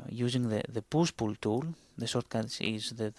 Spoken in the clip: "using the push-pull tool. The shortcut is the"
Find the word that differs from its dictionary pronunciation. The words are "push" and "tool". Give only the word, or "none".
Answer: push